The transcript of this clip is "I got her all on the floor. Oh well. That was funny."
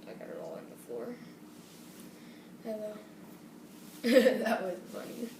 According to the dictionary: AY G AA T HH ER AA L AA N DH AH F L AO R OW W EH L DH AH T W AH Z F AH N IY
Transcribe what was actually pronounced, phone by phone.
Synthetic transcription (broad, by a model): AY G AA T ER AA L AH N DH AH F AO R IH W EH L DH AH T W AH Z F AH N IY